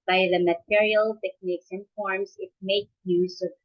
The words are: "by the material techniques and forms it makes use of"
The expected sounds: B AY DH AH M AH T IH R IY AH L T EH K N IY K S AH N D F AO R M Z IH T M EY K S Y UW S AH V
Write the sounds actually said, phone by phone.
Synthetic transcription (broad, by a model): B AY DH AH M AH T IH R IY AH L T EH K N IY K S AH N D F AO R M S IH T M EY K Y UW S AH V